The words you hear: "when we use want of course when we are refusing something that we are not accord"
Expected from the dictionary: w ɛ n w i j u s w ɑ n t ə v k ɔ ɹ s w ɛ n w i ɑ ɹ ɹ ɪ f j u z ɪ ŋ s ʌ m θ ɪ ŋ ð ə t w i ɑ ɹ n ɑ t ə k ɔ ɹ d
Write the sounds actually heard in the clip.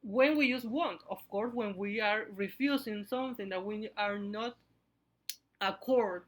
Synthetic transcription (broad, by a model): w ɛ n w i j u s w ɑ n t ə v k ɔ ɹ s w ɛ n w i ɑ ɹ ɹ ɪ f j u s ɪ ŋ s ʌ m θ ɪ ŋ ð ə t w i ɑ ɹ n ɑ t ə k ɔ ɹ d